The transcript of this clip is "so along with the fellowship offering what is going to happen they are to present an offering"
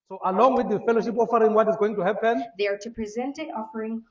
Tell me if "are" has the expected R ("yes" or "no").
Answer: yes